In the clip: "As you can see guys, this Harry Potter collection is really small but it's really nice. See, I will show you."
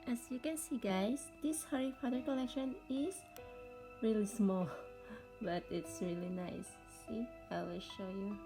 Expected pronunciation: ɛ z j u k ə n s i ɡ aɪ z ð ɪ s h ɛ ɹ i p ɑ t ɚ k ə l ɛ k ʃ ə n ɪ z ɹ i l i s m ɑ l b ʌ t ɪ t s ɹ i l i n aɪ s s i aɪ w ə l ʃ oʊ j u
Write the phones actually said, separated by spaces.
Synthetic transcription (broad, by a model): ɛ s j u k ə n s i ɡ aɪ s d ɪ s h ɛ ɹ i f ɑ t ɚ k ə l ɛ k ʃ ə n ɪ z ɹ i l i s m ɑ l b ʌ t ɪ t s ɹ i l i n aɪ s s i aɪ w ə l ʃ oʊ j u